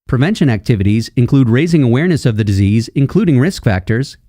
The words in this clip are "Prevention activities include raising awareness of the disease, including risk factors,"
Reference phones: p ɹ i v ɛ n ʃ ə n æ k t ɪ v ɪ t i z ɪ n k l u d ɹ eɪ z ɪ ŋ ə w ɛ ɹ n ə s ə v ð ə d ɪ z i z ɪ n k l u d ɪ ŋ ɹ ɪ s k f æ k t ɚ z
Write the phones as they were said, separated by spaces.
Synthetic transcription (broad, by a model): p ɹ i v ɛ n ʃ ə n æ k t ɪ v ɪ t i z ɪ n k l u d ɹ eɪ z ɪ ŋ ə w ɛ ɹ n ə s ə v ð ə d ɪ z i z ɪ n k l u d ɪ ŋ ɹ ɪ s k f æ k t ɚ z